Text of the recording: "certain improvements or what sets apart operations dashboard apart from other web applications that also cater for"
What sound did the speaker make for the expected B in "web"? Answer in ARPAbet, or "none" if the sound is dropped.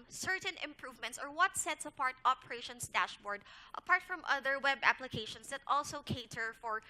B